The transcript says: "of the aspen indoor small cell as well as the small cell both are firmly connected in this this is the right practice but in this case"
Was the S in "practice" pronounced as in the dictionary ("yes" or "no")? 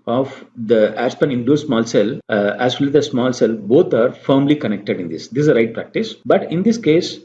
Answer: yes